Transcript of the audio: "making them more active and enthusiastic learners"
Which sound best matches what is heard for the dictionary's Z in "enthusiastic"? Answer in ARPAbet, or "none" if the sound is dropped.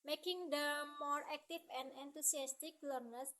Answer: S